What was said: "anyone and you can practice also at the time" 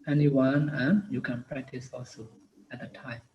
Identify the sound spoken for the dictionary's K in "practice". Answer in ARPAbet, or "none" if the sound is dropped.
K